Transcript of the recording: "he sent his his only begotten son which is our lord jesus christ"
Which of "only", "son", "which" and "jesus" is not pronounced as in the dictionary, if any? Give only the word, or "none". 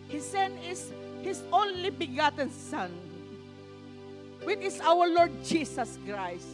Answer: jesus